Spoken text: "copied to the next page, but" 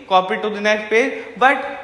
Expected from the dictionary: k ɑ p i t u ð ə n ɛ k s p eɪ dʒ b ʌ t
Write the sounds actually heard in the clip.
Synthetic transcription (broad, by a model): k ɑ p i t u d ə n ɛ s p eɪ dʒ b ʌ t